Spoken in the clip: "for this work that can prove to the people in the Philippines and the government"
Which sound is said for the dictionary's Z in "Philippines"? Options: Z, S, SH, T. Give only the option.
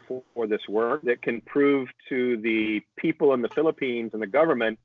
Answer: Z